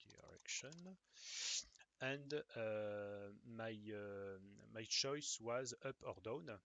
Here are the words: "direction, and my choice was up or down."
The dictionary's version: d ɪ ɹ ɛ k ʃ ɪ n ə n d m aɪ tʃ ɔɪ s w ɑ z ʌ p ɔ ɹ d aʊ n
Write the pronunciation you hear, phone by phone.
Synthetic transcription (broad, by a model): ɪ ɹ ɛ k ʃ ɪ n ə n d m aɪ tʃ ɔɪ s w ɑ z ʌ p ɔ ɹ d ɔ n